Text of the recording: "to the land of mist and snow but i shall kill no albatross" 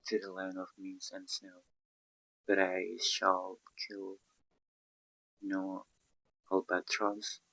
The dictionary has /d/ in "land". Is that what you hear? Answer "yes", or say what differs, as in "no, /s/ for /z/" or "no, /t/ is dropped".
no, /d/ is dropped